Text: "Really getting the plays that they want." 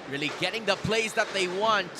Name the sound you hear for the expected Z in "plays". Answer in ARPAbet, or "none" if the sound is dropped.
S